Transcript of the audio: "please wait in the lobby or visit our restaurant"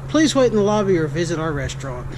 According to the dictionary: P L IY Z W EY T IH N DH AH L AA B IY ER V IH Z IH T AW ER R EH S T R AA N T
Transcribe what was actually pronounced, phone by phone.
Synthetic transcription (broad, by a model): P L IY Z W EY T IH N DH AH L AA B IY ER V IH Z IH T AW ER R EH S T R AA N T